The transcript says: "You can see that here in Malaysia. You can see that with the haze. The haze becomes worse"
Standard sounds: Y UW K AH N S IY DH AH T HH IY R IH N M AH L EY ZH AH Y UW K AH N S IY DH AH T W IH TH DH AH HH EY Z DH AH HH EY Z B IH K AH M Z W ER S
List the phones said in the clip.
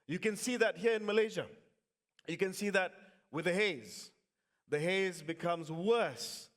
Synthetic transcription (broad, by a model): Y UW K AH N S IY DH AH T HH IY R IH N M AH L EY ZH AH Y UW K AH N S IY DH AH T W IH DH AH HH EY Z DH AH HH EY Z B IH K AH M Z W ER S